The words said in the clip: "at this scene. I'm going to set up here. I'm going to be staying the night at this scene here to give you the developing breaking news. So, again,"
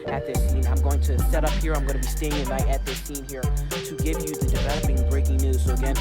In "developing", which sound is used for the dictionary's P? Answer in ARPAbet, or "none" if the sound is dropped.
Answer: B